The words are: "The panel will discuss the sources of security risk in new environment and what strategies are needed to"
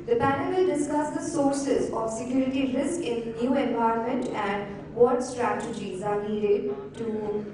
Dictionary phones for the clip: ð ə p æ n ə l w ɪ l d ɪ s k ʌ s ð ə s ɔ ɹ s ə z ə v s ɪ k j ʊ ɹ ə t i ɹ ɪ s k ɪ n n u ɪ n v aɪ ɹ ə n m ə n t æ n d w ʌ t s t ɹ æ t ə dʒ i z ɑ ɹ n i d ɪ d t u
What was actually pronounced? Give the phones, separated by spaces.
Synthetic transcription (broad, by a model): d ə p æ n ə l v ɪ l d ɪ s k ʌ s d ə s ɔ ɹ s ə z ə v s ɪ k j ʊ ɹ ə t i ɹ ɪ s k ɪ n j u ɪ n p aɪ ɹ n m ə n t æ n d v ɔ t s t ɹ æ t ə dʒ i z ɑ ɹ n i d ɪ d t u